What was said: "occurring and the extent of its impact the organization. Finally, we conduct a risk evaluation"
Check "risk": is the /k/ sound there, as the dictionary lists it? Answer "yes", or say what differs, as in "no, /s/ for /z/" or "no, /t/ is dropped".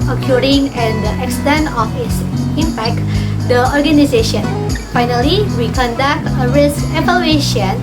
yes